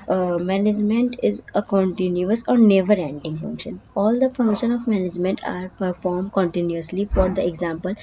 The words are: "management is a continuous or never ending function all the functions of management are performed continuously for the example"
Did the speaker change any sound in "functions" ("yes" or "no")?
yes